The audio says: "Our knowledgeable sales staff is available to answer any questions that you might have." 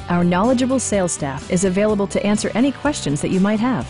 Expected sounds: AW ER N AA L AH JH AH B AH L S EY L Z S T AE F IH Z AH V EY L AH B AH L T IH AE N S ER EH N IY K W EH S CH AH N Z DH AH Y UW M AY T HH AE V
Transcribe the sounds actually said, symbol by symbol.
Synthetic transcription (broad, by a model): AW ER N AA L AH JH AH B L S EY L S T AE F IH Z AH V EY L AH B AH L T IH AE N S ER EH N IY K W EH S CH AH N Z DH AH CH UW M AY T HH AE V